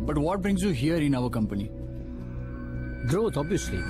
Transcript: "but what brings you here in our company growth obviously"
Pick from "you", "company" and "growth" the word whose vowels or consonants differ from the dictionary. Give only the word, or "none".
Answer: growth